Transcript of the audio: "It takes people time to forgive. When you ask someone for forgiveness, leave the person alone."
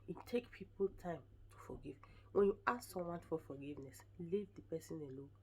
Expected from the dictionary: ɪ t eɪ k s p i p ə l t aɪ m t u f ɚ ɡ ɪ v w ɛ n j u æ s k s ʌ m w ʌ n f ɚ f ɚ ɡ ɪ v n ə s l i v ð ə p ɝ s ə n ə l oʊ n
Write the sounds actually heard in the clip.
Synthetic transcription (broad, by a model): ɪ t eɪ k p i p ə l t aɪ m t u f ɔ ɡ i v w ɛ n j u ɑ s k s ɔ m w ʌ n f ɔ f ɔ ɡ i v n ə s l i v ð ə p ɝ s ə n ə l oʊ